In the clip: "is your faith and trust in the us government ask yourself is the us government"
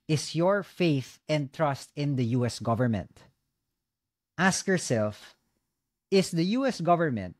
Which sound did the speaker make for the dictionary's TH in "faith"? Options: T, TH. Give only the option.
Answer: TH